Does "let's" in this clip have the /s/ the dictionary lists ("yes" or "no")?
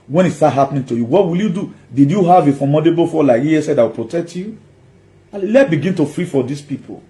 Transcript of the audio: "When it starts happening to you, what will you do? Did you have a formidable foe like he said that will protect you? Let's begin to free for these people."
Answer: no